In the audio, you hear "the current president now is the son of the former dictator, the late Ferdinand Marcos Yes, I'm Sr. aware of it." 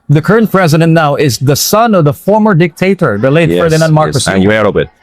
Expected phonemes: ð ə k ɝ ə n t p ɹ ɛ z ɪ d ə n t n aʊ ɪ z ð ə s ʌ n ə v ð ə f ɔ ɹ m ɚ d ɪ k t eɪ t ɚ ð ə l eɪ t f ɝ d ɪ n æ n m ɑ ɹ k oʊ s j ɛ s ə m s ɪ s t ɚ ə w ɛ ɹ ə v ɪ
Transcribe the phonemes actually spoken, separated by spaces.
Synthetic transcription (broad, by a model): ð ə k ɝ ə n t p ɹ ɛ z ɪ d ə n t n aʊ ɪ z ð ə s ʌ n ə v ð ə f ɔ ɹ m ɚ d ɪ k t eɪ t ɚ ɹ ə l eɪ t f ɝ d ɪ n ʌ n m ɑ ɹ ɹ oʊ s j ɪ ə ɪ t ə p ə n